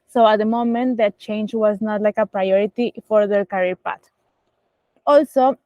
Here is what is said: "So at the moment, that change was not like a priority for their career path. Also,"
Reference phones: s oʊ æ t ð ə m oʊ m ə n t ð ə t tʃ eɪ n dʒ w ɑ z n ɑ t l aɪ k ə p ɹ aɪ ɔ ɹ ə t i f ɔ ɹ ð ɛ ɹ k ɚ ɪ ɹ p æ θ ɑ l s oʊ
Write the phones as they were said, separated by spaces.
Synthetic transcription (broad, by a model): s oʊ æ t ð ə m oʊ m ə n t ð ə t tʃ eɪ n dʒ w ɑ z n ɑ t l aɪ k ə p ɹ aɪ ɔ ɹ ə t i f ɔ ɹ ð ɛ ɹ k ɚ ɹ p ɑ t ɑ l s oʊ